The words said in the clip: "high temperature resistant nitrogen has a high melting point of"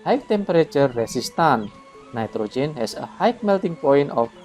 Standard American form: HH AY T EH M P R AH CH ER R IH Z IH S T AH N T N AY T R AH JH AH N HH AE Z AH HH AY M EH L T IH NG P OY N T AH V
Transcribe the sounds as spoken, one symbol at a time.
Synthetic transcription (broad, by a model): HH AY T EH M P R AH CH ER R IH S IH S T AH N N AY T R AH JH AH N HH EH S AH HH AY M EH L T IH NG P OY N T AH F